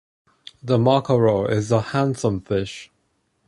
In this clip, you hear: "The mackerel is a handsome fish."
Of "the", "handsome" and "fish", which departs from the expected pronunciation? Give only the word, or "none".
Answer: none